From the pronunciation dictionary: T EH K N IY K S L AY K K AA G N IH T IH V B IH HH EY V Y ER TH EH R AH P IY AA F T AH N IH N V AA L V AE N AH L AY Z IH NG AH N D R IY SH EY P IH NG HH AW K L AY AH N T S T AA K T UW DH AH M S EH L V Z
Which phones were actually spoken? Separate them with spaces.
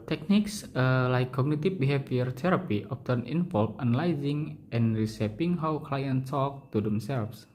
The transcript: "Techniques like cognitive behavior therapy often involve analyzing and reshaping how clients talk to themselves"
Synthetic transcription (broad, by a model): T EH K N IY K S L AY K K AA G N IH T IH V B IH HH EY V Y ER T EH R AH P IY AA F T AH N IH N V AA L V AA N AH L AY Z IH NG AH N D R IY S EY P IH NG HH AW K L AY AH N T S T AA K T UW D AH M S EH L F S